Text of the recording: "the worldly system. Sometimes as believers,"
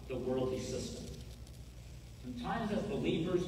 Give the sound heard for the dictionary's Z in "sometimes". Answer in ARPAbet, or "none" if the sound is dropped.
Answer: Z